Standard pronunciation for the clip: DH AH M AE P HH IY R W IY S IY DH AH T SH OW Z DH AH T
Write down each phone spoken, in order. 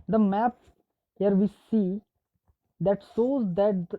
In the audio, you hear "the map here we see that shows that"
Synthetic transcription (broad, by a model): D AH M AE P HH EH R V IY S IY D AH T S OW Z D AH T